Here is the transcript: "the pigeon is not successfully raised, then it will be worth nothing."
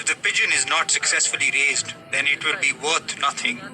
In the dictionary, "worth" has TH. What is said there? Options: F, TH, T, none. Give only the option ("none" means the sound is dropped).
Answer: T